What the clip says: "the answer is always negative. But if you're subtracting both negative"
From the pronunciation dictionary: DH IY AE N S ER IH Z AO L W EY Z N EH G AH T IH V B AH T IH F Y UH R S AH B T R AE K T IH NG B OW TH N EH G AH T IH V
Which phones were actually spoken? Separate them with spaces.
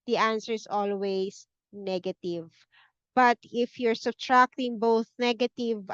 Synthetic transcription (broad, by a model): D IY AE N S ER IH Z AO L W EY S N EH G AH T IH V B AH T IH F Y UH R S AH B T R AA K T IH NG B OW TH N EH G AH T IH V